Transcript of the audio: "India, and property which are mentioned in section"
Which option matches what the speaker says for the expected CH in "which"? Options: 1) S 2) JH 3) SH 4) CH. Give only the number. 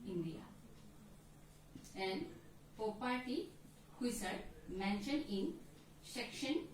1